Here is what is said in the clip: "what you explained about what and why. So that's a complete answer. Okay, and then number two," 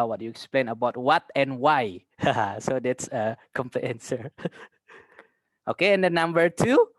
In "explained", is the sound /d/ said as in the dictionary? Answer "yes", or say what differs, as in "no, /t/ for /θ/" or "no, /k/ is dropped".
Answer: no, /d/ is dropped